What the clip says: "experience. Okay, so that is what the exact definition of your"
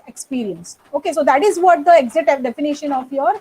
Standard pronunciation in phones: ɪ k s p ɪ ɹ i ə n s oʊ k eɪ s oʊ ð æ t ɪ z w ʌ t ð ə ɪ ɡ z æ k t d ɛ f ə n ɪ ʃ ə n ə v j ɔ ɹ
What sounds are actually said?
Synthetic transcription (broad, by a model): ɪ k s p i ɹ i ə n s oʊ k eɪ s oʊ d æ t ɪ z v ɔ t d ə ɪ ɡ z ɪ t d ɛ f ə n ɪ ʃ ə n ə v j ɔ ɹ